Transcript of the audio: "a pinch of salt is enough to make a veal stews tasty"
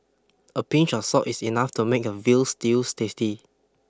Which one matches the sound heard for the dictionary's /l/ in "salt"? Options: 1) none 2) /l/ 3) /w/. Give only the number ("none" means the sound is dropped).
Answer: 1